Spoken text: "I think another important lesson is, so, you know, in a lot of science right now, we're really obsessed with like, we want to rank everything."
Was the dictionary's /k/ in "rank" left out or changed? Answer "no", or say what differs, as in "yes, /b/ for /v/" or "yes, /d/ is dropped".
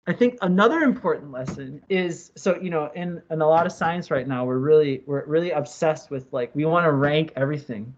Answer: no